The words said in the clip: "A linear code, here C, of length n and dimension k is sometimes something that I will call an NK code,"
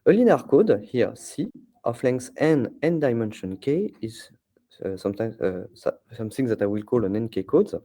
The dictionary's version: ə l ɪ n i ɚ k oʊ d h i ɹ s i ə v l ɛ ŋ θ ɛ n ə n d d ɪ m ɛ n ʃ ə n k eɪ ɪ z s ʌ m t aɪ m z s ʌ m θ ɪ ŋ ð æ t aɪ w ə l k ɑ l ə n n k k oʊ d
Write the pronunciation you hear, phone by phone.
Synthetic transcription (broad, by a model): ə l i n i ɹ k oʊ d h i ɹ s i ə f l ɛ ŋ s ɛ n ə n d d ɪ m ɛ n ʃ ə n k eɪ ɪ z s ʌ m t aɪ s s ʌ m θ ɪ ŋ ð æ t aɪ w ə l k ɑ l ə n n k k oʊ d